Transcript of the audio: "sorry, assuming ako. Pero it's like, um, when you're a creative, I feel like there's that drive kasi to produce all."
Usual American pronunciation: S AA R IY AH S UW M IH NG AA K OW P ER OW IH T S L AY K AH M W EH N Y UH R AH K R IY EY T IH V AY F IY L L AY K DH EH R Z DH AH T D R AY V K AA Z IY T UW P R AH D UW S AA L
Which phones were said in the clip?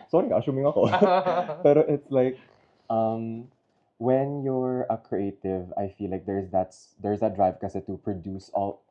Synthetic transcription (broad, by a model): S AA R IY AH SH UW M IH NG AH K OW P ER OW IH T S L AY K AH M W EH N Y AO R AH K R IY EY T IH V AY F IY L L AY K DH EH R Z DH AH T D R AY V K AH S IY T UW P R AH D UW S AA L